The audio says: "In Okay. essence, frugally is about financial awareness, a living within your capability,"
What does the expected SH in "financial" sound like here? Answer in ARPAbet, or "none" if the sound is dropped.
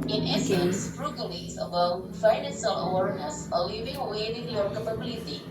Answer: S